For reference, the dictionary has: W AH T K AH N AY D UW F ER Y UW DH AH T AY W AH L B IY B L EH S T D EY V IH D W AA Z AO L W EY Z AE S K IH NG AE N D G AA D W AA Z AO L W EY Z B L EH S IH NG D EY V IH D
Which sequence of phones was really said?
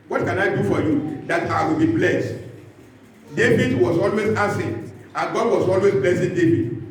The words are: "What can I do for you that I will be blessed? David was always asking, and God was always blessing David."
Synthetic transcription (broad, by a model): W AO T K AH N AY D UW F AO Y UW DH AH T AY W AH L B IY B L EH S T D EY V IH D W AA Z AO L W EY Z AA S IH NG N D G AA D W AA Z AO L W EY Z B L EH S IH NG D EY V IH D